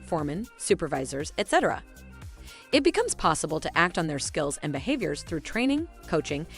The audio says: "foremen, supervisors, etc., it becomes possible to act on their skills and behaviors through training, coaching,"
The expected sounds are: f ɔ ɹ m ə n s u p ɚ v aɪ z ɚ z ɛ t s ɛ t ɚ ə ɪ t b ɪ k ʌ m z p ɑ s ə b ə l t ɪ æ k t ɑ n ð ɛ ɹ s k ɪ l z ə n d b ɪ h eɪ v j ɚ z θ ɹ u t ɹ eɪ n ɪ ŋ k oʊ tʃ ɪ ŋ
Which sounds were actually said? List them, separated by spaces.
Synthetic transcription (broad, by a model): f ɔ ɹ m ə n s u p ɚ v aɪ z ɚ z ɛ t s ɛ t ɚ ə ɪ t b ɪ k ʌ m z p ɑ s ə b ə l t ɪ æ k t n ð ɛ ɹ s k ɪ l z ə n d b ɪ h eɪ v j ɚ z θ ɹ u t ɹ eɪ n ɪ ŋ k oʊ tʃ ɪ ŋ